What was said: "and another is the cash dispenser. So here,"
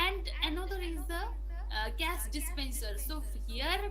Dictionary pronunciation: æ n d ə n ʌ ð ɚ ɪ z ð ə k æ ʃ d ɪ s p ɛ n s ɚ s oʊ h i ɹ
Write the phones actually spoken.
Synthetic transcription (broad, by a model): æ n d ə n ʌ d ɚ ɪ z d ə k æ s d ɪ s p ɛ n s ɚ s oʊ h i ɹ